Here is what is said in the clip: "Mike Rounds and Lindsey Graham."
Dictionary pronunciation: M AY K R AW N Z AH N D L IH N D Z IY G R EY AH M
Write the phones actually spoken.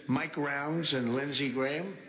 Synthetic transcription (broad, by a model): M AY K R AW N Z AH N L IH N Z IY G R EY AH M